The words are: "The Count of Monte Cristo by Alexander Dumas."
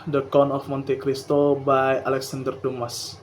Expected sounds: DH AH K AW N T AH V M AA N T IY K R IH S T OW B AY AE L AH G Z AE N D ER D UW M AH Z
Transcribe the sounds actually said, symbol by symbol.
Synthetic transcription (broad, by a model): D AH K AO N AH F M AA N T IY K R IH S T OW B AY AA L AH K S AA N D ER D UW M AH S